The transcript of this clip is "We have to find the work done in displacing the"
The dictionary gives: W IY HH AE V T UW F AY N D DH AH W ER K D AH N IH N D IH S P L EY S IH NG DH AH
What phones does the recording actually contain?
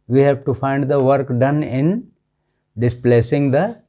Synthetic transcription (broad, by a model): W IY HH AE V T UW F AY N D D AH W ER K D AH N IH N D IH S P L EY S IH NG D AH